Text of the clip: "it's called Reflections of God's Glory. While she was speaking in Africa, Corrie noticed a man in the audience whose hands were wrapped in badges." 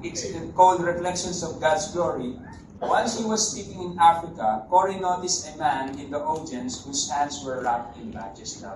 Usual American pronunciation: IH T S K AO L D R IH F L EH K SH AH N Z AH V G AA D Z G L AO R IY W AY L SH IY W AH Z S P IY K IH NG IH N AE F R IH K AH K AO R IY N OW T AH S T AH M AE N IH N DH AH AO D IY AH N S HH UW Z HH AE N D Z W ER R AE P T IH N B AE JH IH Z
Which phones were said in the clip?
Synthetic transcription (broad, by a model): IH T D K AO L D R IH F L EH K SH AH N S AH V G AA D S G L AO R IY W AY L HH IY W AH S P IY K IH NG IH N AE F R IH K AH K AO R IY N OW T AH S AH M AE N IH N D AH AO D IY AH N S HH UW S HH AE N D S W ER R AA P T IH N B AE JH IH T